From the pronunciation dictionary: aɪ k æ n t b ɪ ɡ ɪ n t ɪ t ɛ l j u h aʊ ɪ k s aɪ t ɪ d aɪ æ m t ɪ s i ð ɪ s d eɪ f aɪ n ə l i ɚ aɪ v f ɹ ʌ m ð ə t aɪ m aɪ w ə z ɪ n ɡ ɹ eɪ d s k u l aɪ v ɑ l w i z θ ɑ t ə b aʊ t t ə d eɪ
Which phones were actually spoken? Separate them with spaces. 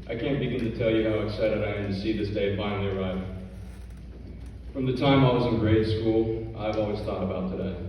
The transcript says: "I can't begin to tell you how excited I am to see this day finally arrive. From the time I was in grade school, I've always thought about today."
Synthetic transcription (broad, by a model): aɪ k æ n b ɪ ɡ ɪ n t ɪ t ɛ l j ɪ h aʊ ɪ s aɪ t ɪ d aɪ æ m t ɪ s i ð ɪ s d eɪ f aɪ n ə l i ɚ aɪ v f ɹ ʌ m ð ə t aɪ m aɪ w ə z ɪ n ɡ ɹ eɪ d s k u l aɪ v ɑ l w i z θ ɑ t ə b aʊ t t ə d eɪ